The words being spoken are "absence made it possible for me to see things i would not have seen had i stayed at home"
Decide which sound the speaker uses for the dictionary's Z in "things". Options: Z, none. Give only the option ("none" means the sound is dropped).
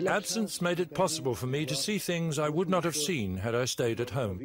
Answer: Z